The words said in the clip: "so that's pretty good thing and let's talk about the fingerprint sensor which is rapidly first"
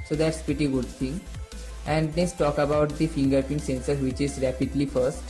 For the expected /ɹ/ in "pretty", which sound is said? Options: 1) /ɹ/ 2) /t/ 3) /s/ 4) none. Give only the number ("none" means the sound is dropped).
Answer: 1